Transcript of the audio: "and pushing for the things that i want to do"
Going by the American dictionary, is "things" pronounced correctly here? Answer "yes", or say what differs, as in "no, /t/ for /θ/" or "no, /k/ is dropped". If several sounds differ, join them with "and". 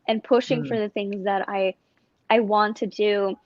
yes